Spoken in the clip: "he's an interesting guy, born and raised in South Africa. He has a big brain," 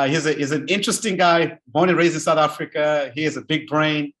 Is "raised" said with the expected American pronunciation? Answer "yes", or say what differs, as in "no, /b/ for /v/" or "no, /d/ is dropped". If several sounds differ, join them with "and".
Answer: no, /d/ is dropped